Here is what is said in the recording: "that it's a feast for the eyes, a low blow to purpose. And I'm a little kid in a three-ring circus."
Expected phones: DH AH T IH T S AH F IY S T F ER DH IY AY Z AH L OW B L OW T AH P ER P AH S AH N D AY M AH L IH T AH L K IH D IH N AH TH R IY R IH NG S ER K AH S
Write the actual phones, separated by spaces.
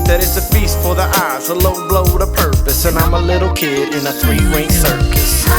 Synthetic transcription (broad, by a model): DH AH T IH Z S AH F IY S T F ER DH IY AY Z AH L OW B L OW T AH P ER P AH S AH N AY M AH L IH T L K IH D IH N AH TH R IY W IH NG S ER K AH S